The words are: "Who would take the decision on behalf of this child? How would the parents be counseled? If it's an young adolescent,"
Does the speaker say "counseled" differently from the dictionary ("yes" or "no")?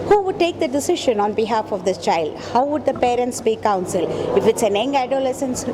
yes